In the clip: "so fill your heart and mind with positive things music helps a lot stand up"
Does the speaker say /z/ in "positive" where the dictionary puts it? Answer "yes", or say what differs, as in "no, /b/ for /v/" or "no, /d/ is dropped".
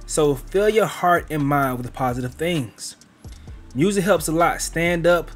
yes